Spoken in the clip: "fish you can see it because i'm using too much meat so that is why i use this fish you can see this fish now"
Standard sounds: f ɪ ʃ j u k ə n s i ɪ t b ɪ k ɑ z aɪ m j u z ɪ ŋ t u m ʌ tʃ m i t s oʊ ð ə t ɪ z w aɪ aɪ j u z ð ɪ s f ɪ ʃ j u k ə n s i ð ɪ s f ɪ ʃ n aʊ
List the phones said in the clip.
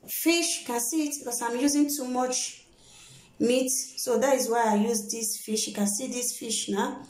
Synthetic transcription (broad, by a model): f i ʃ k ə n s i ɪ t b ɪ k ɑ s aɪ m j u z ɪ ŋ t u m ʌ tʃ m i t s oʊ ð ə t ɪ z w aɪ aɪ j u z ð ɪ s f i ʃ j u k ə n s i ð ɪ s f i ʃ n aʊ